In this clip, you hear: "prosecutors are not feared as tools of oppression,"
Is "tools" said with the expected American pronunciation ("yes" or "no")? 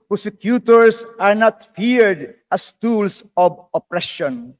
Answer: no